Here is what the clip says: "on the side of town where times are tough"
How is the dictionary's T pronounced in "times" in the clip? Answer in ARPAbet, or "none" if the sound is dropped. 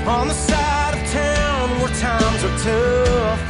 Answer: T